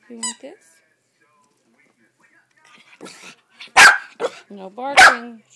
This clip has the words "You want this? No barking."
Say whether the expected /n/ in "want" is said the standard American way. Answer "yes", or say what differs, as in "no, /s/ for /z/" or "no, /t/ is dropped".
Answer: no, /n/ is dropped